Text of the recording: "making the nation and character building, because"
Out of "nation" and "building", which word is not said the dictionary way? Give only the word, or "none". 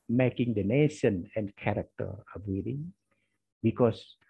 building